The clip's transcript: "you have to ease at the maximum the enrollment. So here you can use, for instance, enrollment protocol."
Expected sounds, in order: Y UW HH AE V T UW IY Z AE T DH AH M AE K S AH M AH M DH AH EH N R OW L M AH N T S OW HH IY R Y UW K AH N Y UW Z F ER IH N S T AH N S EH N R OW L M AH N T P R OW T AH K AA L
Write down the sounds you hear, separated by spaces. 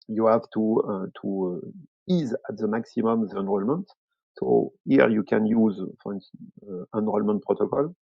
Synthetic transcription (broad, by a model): Y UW HH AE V T UW IY Z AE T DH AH M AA K S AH M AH M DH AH EH N R OW L M AH N T S OW HH IY R Y UW K AH N Y UW Z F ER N T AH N N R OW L M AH N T P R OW T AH K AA L